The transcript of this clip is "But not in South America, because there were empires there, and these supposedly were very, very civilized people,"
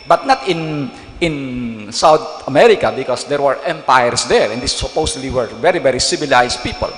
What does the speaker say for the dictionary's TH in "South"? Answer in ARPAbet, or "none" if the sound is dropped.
T